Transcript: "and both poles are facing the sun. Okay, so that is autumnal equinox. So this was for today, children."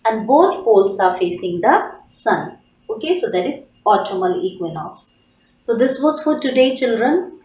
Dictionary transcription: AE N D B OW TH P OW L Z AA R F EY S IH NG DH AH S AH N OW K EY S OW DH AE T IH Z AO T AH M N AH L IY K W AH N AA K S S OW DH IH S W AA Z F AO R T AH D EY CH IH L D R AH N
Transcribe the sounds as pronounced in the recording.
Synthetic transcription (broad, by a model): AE N D B OW T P OW L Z AA R F EY S IH NG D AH S AH N OW K EY S OW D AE T IH Z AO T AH M AH L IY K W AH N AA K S S OW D IH S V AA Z F AO R T AH D EY CH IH L D R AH N